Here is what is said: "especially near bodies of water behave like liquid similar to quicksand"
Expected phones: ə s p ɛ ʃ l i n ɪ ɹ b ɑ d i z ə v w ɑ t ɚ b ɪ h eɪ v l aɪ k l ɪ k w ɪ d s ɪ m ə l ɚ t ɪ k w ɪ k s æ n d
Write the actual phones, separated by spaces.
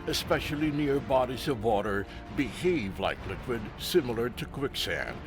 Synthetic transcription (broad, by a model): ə s p ɛ ʃ l i n ɪ ɹ b ɑ d i z ə v w ɑ t ɚ b ɪ h eɪ v l aɪ k l ɪ k w ɪ d s ɪ m l ɚ t ɪ k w ɪ k s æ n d